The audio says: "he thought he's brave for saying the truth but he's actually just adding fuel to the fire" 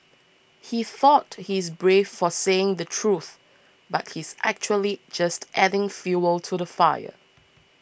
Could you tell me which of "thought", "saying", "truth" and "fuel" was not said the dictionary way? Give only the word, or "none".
none